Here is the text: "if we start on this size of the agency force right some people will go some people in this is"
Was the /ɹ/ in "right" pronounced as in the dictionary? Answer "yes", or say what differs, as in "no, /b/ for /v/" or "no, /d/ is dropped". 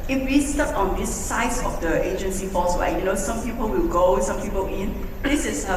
no, /w/ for /ɹ/